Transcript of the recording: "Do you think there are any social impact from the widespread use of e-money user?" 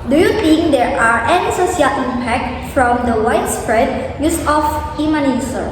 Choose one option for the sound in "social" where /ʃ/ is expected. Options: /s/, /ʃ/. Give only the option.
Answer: /s/